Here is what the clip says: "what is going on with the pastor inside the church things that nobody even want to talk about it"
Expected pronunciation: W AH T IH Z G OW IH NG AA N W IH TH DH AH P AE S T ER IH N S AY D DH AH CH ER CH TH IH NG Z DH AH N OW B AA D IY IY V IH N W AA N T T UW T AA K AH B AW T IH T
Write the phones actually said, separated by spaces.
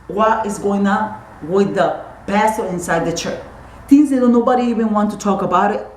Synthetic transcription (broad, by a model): W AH T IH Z G OW IH NG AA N W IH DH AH B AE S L IH N S AY D DH AH CH ER CH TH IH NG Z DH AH N OW B AA D IY IY V IH N W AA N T T UW T AA K AH B AW T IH T